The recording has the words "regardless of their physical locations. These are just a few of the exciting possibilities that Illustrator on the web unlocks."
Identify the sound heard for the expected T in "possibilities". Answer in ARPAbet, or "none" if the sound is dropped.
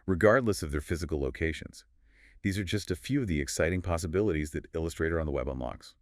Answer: T